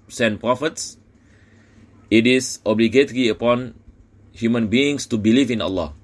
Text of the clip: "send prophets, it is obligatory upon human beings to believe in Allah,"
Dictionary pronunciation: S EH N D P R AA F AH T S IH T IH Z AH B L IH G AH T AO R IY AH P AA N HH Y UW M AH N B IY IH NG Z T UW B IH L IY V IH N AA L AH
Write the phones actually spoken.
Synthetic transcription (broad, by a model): S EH N P R AA F AH T S IH T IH S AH B L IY G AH T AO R IY AH P AA N HH Y UW M AH N B IY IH NG S T UW B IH L IY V IH N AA L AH